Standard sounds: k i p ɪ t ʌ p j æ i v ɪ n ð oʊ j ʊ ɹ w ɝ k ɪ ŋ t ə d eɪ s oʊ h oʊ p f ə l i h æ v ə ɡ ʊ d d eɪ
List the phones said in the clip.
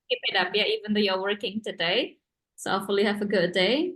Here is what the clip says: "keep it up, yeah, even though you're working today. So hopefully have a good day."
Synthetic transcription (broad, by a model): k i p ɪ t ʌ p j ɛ i v ɪ n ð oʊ j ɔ w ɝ k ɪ ŋ t ə d eɪ s oʊ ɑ f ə l i h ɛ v ə ɡ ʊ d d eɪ